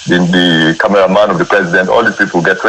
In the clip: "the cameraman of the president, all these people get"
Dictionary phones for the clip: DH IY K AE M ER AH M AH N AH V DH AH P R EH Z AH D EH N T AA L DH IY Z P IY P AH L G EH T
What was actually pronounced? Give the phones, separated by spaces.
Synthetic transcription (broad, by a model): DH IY K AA M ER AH M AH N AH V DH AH P R EH Z AH D EH N T AA L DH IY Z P IY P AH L G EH T